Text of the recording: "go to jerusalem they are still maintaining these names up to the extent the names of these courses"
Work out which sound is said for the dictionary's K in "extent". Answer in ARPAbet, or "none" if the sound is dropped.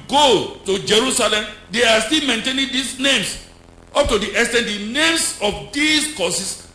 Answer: none